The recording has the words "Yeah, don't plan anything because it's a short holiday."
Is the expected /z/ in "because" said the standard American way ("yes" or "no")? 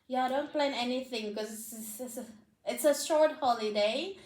no